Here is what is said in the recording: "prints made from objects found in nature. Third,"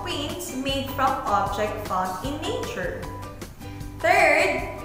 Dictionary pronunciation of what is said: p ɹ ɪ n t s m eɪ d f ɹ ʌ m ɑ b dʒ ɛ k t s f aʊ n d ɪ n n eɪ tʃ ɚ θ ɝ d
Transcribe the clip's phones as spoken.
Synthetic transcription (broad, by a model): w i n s m eɪ d f ɹ ʌ m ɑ b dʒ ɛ k t f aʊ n ɪ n n eɪ tʃ ɚ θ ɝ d